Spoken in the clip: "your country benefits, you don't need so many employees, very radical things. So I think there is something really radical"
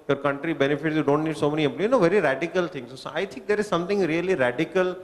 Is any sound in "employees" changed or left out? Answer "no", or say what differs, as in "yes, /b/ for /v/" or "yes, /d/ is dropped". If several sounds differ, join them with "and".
yes, /z/ is dropped